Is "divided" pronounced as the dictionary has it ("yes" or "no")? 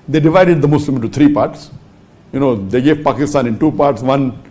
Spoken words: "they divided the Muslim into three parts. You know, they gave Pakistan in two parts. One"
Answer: yes